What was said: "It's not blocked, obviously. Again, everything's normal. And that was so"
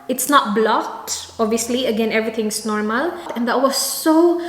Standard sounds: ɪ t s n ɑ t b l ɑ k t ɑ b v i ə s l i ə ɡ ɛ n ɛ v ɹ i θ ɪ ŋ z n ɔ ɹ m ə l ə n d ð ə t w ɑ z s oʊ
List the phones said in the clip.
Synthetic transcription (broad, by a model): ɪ t s n ɑ t b l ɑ t ɑ b v i ə s l i ə ɡ ɛ n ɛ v ɹ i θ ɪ ŋ s n ɔ ɹ m ə l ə n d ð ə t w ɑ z s oʊ